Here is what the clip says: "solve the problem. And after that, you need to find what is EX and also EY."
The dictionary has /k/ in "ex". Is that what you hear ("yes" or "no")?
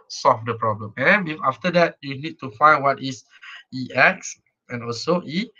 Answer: yes